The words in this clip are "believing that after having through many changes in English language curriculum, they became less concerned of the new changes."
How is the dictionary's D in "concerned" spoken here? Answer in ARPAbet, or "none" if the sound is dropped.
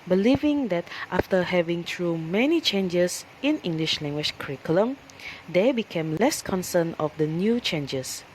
none